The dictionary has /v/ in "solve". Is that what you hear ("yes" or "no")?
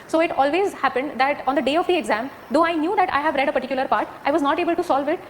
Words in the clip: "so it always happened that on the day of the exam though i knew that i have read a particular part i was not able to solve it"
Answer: yes